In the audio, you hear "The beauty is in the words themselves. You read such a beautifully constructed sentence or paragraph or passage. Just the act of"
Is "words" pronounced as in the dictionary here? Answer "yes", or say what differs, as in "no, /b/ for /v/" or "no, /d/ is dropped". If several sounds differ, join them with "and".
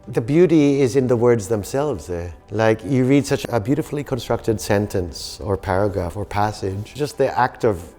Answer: yes